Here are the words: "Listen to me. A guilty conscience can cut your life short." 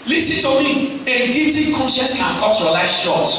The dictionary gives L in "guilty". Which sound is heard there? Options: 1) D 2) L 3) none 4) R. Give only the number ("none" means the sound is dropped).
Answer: 3